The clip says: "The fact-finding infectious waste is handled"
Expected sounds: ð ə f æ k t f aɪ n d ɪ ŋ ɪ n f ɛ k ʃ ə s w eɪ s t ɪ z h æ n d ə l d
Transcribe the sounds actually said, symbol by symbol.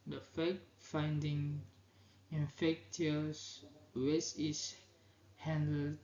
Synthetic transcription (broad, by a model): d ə f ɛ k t f aɪ n d ɪ ŋ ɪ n f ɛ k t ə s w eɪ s ɪ s h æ n d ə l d